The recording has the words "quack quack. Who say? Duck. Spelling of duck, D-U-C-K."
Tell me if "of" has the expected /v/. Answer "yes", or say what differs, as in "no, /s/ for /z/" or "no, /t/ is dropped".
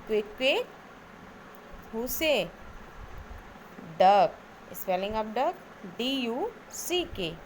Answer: no, /p/ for /v/